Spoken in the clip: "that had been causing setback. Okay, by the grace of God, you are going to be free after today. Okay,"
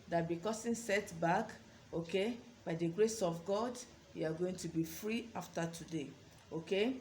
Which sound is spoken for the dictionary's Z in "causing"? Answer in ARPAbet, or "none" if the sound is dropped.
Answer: S